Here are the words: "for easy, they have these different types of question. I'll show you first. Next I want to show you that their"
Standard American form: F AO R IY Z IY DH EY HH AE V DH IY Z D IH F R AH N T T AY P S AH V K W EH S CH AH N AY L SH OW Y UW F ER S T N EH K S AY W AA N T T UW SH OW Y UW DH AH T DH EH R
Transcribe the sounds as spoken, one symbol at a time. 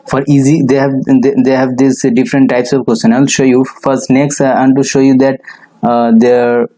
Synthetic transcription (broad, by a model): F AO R IY Z IY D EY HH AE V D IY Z D IH F R AH N T T AY P S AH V K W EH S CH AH N AY L SH OW Y UW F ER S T N EH K S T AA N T T UW SH OW Y UW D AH T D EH R